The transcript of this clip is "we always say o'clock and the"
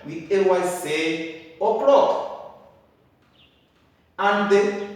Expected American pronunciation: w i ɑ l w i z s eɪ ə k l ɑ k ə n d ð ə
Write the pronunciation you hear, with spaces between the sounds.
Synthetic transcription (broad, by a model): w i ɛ w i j s eɪ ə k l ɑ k ə n d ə